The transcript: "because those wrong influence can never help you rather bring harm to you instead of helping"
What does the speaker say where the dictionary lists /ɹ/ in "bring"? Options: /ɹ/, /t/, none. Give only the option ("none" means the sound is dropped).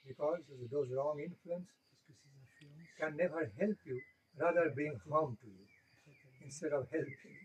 none